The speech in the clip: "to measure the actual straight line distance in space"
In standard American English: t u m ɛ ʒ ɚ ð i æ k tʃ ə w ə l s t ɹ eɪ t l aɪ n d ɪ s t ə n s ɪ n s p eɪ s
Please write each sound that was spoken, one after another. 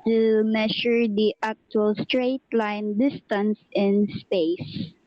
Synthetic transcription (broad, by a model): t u m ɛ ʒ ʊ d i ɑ k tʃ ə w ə l s t ɹ eɪ t l aɪ n d ɪ s t ə n s ɪ n s p eɪ s